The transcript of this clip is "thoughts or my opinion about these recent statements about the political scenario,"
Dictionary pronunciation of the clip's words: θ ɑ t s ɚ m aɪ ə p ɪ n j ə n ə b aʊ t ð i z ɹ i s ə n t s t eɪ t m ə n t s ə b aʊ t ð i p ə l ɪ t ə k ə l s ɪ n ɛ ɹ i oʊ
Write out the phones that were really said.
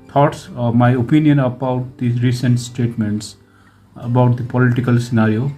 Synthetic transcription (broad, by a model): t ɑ t s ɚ m aɪ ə p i n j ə n ə b aʊ t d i ɹ i s ə n t s t eɪ t m ə n t s ə b aʊ t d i p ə l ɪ t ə k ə l s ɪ n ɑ ɹ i oʊ